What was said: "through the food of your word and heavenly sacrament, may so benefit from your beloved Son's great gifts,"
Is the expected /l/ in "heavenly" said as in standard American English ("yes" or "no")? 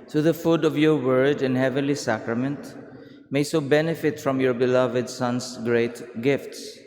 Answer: yes